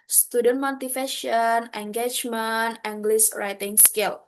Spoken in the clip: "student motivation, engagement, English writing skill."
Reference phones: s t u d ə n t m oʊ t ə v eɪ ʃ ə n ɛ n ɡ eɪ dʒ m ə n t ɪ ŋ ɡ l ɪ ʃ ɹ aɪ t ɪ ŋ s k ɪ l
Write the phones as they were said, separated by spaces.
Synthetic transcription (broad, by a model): s t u d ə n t m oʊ t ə f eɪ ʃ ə n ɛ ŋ ɡ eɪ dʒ m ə n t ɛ ŋ ɡ l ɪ s ɹ aɪ t ɪ ŋ s k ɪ l